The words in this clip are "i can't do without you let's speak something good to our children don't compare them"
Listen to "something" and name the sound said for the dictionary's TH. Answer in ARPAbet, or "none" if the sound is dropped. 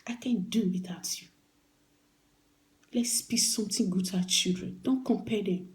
T